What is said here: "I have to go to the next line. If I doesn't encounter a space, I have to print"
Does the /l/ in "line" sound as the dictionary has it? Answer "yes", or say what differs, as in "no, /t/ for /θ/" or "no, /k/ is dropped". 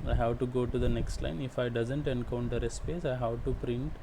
yes